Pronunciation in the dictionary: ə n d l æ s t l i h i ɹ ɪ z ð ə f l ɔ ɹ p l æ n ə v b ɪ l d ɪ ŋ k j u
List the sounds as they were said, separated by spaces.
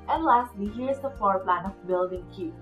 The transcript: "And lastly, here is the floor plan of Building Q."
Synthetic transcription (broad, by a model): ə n l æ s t w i h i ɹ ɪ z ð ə f ɔ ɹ p l æ n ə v b ɪ l d ɪ ŋ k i